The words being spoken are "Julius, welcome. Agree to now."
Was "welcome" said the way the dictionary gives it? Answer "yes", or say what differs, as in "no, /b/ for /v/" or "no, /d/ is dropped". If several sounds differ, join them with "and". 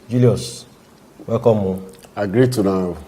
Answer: no, /l/ is dropped